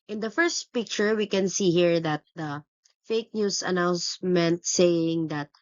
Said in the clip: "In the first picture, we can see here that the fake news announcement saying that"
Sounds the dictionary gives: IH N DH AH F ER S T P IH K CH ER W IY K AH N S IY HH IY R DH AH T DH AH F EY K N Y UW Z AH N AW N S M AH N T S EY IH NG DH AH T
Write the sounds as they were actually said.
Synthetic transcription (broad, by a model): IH N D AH F ER S T P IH K CH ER W IY K AH N S IY HH IY R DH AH T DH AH F EY K N Y UW S AH N AW N S M AH N T S EY IH NG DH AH T